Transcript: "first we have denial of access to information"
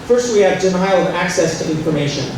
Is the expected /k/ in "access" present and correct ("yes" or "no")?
yes